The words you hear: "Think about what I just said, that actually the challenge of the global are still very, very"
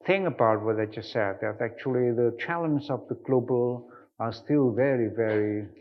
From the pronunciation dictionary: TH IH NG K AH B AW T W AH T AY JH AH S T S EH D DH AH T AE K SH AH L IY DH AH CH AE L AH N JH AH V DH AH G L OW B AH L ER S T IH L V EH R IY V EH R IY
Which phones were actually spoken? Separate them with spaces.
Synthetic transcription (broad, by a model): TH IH NG AH B AW T W AH T AY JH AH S S EH D DH AH T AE K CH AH L IY DH AH CH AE L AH N Z AH V DH AH G L OW B AH L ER S T IH L V EH R IY V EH R IY